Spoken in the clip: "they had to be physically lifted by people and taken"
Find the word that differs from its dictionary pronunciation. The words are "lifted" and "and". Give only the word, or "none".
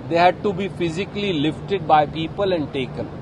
none